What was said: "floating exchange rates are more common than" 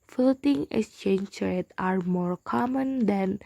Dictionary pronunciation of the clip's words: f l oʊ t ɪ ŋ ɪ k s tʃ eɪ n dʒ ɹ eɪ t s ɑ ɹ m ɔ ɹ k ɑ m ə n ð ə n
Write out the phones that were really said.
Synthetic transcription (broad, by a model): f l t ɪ ŋ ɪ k s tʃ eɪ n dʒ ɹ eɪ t ɑ ɹ m ɔ ɹ k ɑ m ə n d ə n